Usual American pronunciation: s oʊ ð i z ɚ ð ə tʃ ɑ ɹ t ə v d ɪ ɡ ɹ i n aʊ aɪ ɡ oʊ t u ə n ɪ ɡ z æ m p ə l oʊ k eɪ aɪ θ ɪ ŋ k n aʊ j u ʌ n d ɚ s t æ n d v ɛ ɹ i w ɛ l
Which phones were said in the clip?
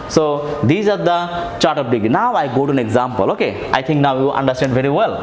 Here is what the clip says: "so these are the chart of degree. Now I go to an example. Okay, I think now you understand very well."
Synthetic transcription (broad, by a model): s oʊ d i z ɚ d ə tʃ ɑ ɹ t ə p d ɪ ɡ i n aʊ aɪ ɡ oʊ t u ə n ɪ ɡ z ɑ m p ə l oʊ k eɪ aɪ t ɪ ŋ k n aʊ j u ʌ n d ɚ s t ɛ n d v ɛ ɹ i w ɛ l